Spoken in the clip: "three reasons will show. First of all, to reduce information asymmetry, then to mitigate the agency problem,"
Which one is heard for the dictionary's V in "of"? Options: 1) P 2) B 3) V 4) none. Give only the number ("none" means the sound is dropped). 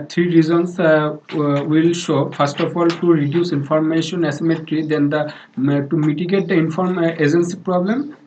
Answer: 1